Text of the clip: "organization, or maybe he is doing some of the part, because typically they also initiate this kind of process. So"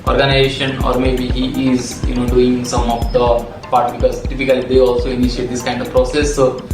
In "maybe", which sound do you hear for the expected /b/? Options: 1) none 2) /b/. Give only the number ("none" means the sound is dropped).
2